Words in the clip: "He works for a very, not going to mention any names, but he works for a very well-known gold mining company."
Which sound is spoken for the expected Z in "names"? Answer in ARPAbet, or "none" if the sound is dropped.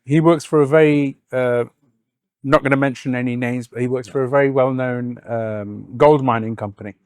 Z